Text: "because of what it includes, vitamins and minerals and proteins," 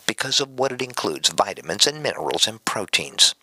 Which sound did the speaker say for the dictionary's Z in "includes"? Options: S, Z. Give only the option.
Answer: Z